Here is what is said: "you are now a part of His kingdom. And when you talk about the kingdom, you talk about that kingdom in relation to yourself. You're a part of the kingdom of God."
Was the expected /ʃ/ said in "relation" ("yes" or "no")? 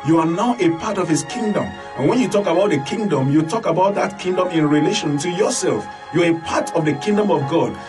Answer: yes